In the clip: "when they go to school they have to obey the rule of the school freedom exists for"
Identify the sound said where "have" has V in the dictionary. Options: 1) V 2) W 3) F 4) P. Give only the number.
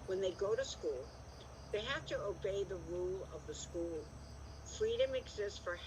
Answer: 3